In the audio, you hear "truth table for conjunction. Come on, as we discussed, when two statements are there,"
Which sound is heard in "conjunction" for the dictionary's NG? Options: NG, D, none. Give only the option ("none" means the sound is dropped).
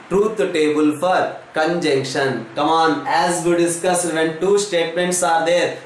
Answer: NG